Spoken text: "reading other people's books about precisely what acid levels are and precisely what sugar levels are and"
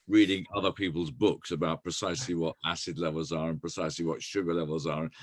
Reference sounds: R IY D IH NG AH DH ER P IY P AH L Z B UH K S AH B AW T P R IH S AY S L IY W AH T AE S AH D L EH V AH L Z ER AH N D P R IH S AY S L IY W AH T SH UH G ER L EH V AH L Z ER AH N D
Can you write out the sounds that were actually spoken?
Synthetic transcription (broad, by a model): R IY D IH NG AH DH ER P IY P AH L Z B UH K S AH B AW T P R IH S AY S L IY W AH T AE S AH D L EH V AH L Z ER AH N P R IH S AY S L IY W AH T SH UH G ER L EH V AH L Z ER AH N